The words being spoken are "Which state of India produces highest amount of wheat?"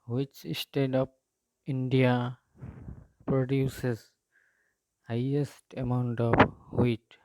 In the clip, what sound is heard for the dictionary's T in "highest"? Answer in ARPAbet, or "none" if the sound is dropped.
T